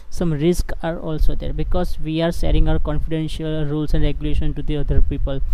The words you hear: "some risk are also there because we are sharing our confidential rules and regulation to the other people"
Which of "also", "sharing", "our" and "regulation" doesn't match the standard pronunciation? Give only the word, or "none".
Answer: sharing